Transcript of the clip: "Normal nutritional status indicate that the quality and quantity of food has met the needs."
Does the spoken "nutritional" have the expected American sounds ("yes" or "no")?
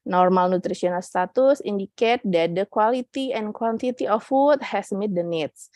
no